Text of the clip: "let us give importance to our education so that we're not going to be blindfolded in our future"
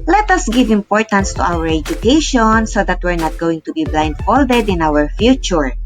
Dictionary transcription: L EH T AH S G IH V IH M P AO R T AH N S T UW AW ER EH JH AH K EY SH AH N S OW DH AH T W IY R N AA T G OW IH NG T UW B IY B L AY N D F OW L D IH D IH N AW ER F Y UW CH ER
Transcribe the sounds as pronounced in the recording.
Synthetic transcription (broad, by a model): L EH T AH S G IH V IH M P AO R T AH N S T UW AW ER EH JH AH K EY SH AH N S OW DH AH T W IY R N AA T G OW IH NG T UW B IY B L AY N D F OW L D IH D IH N AW ER F Y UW CH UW